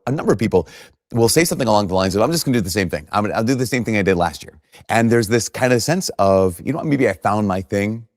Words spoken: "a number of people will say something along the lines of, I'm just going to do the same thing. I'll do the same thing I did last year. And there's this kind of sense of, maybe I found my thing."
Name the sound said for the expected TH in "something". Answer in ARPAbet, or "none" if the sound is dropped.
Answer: TH